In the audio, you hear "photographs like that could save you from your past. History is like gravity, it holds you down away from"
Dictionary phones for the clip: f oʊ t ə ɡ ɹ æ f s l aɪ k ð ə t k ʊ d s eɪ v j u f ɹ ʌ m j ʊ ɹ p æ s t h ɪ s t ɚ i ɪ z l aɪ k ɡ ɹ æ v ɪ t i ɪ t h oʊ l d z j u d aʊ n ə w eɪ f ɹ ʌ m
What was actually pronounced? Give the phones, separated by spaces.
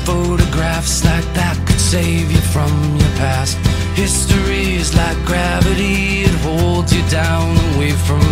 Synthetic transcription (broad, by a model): f oʊ t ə ɡ ɹ æ f s l aɪ k ð ə t k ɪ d s eɪ v j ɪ f ɹ ʌ m j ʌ ɹ p æ s t h ɪ s t ɚ i ɪ z l aɪ k ɡ ɹ æ v ɪ t i ɪ t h oʊ l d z j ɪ d aʊ n w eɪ f ɹ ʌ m